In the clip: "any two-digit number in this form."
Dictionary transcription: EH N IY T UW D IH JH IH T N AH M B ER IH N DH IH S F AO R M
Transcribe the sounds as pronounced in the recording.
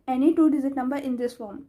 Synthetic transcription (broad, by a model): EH N IY T UW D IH Z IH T N AH M B ER IH N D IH S F AO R M